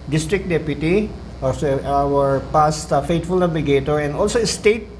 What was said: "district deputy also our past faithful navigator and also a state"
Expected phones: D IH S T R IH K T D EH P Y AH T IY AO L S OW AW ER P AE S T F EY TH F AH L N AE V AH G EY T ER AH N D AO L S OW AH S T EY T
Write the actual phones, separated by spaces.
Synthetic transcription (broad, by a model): D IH S T R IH K D EH P Y AH T IY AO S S AW ER P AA S T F EY T F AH L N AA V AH G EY T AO AH N D AO L S OW AH S T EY T